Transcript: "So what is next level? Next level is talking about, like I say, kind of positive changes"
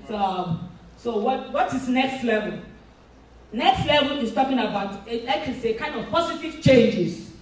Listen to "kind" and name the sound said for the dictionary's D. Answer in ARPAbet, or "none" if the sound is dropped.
D